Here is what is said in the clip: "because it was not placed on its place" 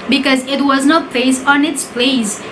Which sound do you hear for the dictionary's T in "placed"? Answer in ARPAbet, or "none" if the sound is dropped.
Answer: none